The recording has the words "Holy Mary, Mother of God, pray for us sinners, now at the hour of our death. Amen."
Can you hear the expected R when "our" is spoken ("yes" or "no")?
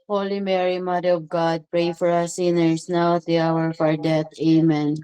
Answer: yes